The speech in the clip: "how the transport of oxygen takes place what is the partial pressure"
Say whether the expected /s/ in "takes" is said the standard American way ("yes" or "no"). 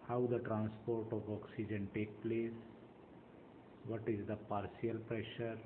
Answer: no